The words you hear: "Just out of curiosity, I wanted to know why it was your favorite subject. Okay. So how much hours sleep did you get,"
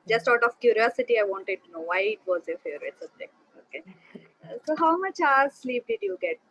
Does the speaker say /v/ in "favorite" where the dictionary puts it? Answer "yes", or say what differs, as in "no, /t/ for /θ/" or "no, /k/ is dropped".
no, /v/ is dropped